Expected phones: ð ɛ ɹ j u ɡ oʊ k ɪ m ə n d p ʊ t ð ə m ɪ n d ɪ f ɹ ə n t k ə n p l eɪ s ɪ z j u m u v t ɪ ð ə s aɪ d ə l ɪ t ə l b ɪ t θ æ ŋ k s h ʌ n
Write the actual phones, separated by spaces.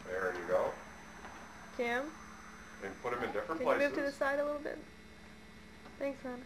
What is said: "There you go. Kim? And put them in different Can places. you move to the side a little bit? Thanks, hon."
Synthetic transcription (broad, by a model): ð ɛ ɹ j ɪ ɡ oʊ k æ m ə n p ʊ t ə m ɪ n d ɪ f ɹ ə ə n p l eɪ ɪ m u v t ɪ ð ə s aɪ d ə l ɪ t l b ɪ t θ æ ŋ k s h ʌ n